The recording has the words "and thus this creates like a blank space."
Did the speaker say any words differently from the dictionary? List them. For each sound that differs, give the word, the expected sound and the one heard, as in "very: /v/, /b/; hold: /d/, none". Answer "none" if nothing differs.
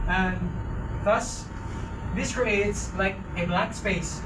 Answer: blank: /ŋ/, none